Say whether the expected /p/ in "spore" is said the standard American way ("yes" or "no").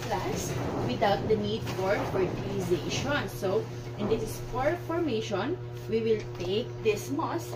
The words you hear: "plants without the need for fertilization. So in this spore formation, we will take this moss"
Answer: no